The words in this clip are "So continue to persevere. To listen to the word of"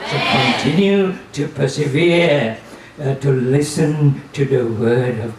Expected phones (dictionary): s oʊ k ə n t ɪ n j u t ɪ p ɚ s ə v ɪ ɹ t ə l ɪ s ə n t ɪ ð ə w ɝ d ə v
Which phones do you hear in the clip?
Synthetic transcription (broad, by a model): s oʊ k ə n t ɪ n j u t ɪ p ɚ s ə v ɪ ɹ t ə l ɪ s ə n t ɪ ð ə w ɝ d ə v